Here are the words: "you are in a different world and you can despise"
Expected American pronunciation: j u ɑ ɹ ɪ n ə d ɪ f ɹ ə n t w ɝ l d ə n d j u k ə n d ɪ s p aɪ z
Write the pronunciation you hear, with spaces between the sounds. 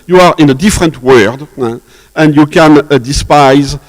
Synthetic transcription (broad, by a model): j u ɑ ɹ ɪ n ə d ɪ f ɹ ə n t w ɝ d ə n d j u k ə n d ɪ s p aɪ z